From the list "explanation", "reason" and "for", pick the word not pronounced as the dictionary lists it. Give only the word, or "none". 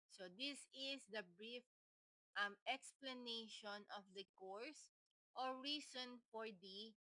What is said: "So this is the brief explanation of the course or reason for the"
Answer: reason